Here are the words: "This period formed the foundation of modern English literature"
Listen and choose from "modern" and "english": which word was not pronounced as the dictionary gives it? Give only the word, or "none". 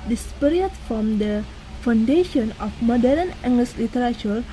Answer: english